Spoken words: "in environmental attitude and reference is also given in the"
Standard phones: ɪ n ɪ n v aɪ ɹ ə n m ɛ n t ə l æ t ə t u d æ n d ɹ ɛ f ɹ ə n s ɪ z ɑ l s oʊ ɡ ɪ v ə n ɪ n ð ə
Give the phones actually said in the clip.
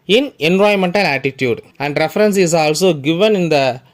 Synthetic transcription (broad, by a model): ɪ n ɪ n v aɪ ə m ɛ n t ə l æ t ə t u d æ n d ɹ ɛ f ɹ ə n s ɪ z ɑ l s oʊ ɡ ɪ v ə n ɪ n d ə